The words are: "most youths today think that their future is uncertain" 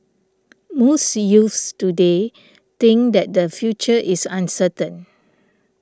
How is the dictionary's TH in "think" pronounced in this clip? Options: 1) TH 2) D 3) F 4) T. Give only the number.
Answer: 4